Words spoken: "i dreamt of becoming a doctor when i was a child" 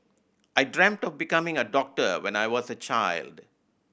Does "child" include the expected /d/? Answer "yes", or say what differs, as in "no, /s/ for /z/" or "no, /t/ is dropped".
yes